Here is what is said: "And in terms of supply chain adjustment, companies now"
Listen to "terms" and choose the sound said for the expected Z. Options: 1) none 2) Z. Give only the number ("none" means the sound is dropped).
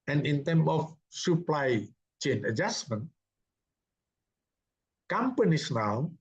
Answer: 1